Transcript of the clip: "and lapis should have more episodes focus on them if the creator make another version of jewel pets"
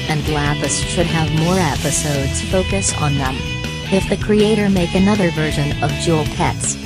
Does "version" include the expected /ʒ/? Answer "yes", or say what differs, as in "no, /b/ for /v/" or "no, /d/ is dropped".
yes